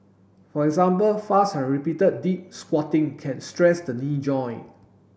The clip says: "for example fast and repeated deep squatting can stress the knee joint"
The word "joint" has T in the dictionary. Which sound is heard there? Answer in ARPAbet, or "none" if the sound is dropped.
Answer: none